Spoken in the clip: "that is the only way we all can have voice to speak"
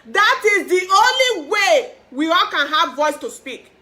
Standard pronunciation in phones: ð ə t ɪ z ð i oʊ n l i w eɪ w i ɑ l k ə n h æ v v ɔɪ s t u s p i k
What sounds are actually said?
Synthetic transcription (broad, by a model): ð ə t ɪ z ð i oʊ n l i w eɪ w i ɑ l k ə n h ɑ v v ɔɪ s t u s p i k